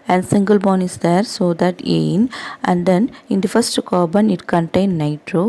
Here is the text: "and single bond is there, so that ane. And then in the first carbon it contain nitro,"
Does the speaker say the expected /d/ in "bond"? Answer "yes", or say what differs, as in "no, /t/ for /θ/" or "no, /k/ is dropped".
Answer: no, /d/ is dropped